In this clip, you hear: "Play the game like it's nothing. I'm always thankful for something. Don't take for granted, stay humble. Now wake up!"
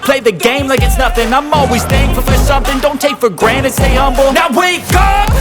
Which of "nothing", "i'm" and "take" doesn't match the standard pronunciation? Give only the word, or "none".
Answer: none